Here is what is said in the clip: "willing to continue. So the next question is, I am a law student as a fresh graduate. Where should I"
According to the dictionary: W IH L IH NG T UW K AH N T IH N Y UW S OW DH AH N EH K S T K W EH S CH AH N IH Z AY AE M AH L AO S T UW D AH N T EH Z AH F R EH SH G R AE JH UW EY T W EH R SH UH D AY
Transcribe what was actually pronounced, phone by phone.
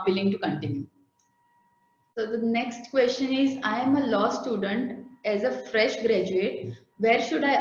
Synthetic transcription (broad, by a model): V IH L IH NG T UW K AH N T IH N Y UW S OW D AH N EH K S T K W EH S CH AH N IH Z AY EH M AH L AO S T UW D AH N T EH Z AH F R EH SH G R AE JH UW EY T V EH R SH UH D AY